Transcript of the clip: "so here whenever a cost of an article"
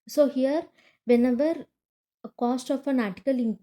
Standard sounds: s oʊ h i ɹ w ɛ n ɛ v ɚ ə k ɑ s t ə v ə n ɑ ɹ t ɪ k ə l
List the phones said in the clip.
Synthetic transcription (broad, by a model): s oʊ h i ɹ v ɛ n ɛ v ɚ k ɑ s t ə f ə n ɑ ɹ t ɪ k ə l